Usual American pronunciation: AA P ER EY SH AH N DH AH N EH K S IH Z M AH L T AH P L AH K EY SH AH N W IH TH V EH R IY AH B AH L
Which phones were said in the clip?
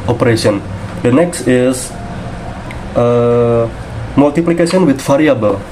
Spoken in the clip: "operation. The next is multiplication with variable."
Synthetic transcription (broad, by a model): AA P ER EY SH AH N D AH N EH K S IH S M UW L T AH P L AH K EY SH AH N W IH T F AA R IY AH B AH L